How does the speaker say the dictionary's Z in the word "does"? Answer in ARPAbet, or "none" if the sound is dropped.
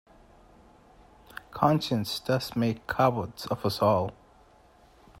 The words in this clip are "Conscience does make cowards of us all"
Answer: S